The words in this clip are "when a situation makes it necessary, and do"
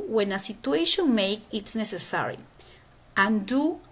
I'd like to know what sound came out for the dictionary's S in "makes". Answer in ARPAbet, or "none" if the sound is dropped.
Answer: none